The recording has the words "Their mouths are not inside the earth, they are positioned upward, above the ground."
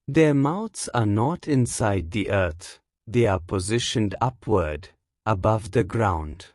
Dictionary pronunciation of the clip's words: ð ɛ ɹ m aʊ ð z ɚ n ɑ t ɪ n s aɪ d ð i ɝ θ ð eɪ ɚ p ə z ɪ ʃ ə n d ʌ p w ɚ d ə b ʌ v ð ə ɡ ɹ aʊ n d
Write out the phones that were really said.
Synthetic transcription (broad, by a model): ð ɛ ɹ m aʊ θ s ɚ n ɑ t ɪ n s aɪ d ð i ɝ θ ð eɪ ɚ p ə z ɪ ʃ ə n d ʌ p w ɚ d ə b ʌ v ð ə ɡ ɹ aʊ n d